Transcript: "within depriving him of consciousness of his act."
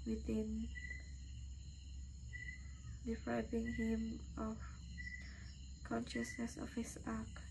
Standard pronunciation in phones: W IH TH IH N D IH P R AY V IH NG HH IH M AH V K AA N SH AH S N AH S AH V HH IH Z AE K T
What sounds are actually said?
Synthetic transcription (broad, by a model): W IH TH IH N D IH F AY B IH NG HH IH M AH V K AA N SH AH S N AH S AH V HH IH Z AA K